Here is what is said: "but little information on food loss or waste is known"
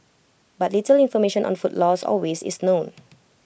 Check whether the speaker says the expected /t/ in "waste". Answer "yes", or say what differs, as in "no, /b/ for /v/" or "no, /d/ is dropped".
no, /t/ is dropped